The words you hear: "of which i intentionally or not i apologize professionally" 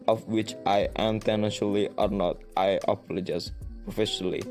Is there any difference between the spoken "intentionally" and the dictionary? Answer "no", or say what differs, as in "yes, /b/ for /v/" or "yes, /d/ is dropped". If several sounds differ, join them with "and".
yes, /ʃ/ is dropped